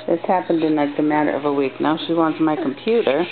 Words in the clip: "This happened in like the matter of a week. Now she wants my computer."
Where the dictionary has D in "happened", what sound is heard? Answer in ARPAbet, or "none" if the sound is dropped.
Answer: D